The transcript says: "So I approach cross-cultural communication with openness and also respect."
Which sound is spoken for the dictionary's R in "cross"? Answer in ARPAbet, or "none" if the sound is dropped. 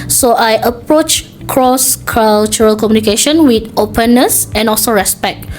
R